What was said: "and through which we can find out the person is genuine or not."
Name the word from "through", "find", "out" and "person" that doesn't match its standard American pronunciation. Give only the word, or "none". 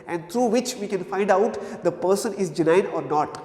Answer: through